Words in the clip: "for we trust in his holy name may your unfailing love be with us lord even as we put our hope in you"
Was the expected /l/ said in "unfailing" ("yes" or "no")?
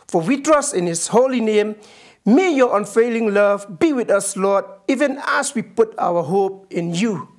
yes